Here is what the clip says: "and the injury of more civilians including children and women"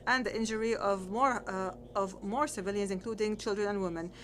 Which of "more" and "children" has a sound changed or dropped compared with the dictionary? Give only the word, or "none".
none